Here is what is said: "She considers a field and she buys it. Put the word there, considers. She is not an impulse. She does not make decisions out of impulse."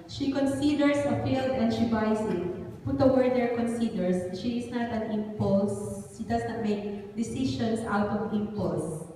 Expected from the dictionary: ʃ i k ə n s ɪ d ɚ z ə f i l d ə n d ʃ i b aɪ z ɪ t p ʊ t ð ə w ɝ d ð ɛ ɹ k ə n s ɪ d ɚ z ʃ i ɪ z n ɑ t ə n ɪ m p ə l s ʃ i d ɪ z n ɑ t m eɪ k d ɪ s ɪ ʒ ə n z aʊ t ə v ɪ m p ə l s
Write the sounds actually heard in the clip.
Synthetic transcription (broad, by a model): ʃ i k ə n s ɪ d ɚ s ə f i l d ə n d ʃ i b aɪ s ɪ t p ʊ t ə w ɝ d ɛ ɹ k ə n s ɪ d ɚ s ʃ i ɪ s n ɑ t ə n ɪ m p ə l s ʃ i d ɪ s n ɑ t m eɪ k d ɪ s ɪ ʃ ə n s aʊ t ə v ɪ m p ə l s